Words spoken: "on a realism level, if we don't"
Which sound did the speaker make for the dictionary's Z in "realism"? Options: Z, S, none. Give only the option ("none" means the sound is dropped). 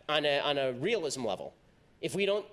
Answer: Z